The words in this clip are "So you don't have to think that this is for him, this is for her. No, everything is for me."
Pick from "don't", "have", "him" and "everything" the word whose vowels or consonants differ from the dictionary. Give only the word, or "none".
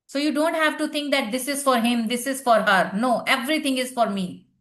everything